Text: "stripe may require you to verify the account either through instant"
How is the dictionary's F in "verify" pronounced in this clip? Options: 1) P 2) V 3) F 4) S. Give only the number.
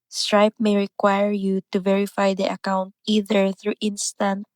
3